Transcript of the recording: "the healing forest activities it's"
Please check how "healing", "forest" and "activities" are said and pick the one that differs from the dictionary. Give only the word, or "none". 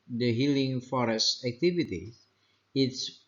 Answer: activities